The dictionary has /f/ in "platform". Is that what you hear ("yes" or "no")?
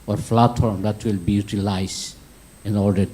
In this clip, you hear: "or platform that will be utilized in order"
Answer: no